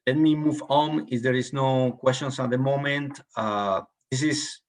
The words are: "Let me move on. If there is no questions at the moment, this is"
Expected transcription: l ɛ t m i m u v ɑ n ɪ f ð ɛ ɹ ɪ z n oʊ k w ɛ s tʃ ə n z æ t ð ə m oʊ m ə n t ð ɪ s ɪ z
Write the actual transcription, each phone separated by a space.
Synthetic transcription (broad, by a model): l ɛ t m i m u v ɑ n ɪ f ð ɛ ɹ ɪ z n oʊ k w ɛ s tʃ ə n s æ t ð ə m oʊ m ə n t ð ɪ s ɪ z